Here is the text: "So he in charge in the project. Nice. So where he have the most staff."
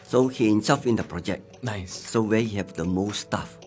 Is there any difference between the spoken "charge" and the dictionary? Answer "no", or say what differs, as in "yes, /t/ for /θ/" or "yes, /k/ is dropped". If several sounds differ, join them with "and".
yes, /s/ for /tʃ/